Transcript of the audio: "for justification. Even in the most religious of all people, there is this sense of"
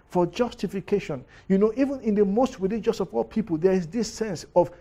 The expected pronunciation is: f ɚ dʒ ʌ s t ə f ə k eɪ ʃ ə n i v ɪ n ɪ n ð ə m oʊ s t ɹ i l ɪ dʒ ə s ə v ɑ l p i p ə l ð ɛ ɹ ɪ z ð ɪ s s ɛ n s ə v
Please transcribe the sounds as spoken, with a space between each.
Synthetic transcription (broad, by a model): f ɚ dʒ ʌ s t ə f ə k eɪ ʃ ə n i v ɪ n ɪ n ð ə m oʊ s t w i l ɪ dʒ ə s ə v ɑ l p i p ə l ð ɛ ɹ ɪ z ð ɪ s s ɛ n s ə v